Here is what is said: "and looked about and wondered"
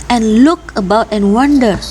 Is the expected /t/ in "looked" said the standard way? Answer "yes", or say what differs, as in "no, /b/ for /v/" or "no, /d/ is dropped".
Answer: no, /t/ is dropped